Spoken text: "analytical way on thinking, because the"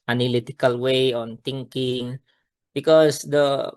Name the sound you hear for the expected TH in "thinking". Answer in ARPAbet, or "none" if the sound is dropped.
T